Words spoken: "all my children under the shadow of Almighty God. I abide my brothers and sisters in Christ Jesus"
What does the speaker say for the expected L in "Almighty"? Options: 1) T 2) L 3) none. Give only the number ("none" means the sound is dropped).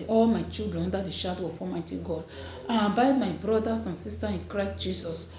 3